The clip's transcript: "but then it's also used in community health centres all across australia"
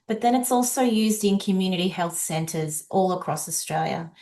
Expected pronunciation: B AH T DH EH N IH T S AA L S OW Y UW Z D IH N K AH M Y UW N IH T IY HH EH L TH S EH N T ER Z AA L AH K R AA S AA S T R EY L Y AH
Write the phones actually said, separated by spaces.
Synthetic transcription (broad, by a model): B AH T DH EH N IH T S AA L S OW Y UW Z D IH N K AH M Y UW N IH T IY HH EH L TH S EH N T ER Z AA L AH K R AA S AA S T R EY L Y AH